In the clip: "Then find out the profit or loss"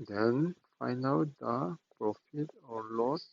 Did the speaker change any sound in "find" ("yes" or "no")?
yes